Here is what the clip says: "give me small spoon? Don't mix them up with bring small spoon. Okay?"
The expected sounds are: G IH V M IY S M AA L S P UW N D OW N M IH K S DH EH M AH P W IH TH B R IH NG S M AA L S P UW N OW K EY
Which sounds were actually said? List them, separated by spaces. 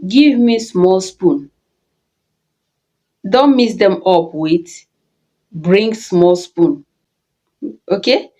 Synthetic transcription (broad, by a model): G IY V M IY S M AA L S P UW N D OW N M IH S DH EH M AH P W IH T B R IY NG S M AA L S P UW N OW K EY